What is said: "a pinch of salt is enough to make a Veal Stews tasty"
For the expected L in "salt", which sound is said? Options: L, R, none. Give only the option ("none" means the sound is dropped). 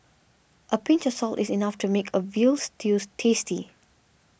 L